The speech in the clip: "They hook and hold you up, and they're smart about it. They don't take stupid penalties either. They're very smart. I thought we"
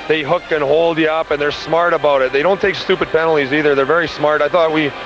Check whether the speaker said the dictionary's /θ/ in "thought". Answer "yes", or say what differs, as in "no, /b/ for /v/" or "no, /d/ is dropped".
yes